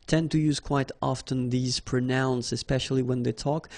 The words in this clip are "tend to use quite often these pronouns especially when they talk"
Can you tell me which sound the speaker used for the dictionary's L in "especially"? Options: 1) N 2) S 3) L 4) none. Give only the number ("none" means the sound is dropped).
3